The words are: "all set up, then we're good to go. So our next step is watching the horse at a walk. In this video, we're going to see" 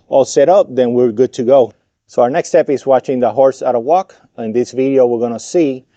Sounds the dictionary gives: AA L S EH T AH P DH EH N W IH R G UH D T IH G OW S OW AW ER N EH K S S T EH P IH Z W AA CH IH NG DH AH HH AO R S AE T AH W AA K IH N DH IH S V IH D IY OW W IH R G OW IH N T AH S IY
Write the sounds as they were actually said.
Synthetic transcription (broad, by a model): AA L S EH T AH P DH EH N W IH R G UH D T IH G OW S OW AW ER N EH K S S T EH P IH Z W AA CH IH NG DH AH HH AO R S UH T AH W AA K IH N DH IH S V IH D IY OW W IH R G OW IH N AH S IY